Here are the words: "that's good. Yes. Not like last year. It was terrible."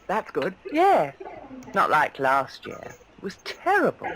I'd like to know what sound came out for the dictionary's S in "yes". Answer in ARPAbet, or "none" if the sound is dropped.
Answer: none